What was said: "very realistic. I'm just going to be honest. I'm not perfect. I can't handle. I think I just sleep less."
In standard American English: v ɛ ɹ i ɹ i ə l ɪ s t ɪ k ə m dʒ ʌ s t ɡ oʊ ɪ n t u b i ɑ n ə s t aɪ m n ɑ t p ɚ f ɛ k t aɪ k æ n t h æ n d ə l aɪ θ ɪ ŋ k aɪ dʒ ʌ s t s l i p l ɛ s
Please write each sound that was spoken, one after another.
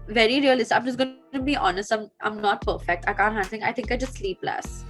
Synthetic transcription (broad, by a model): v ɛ ɹ i ɹ i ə l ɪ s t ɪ ə m dʒ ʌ s ɡ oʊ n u b i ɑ n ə s t aɪ m n ɑ t p ɚ f ɛ k t aɪ k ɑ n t h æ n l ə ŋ aɪ t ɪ ŋ k aɪ dʒ ʌ s t s l i p l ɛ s